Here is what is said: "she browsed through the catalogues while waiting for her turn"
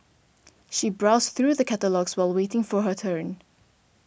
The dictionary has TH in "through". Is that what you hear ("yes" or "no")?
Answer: yes